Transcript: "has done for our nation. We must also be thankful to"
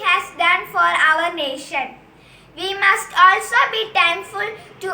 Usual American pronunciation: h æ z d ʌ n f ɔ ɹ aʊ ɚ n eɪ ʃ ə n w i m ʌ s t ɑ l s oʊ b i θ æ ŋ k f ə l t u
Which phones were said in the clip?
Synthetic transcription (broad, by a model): h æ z d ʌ n f ɔ ɹ aʊ ɚ n eɪ ʃ ə n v i m ʌ s t ɑ l s oʊ b i t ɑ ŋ f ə l t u